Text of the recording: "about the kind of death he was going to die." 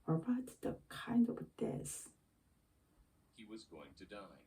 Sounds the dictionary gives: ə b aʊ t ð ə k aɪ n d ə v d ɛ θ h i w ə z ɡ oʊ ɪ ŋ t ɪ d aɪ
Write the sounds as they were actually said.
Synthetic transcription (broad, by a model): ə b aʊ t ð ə k aɪ n d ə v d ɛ s h i w ə z ɡ oʊ ɪ ŋ t ɪ d aɪ